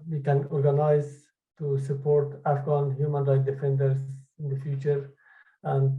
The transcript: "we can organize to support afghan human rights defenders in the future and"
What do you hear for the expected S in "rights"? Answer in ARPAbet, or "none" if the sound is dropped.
none